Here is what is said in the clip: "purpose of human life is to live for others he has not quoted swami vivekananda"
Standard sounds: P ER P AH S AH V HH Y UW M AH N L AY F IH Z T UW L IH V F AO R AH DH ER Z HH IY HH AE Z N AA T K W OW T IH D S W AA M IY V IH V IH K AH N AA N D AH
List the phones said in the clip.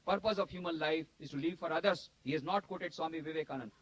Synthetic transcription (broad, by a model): P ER P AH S AH V HH Y UW M AH N L AY F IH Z T UW L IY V F AO R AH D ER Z HH IY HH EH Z N AA T K W OW T IH D S W AA M IY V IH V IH K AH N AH N